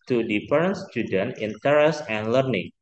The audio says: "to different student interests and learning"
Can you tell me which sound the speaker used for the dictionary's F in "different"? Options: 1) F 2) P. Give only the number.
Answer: 2